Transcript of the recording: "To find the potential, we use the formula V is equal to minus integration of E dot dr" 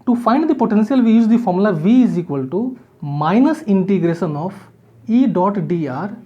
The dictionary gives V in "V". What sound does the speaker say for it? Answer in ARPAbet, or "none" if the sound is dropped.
V